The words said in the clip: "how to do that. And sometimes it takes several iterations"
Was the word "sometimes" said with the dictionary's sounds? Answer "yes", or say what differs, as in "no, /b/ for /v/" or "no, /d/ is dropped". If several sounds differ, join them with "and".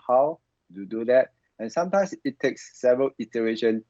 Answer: no, /s/ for /z/